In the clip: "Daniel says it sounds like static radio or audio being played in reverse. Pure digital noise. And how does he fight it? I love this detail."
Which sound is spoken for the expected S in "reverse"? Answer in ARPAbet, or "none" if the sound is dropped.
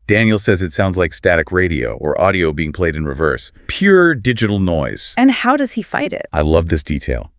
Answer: S